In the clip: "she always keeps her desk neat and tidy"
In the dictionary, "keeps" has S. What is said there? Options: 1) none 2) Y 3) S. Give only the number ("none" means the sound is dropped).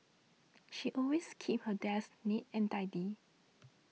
1